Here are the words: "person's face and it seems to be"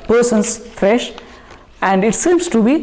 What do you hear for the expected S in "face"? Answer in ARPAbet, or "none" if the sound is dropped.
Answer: SH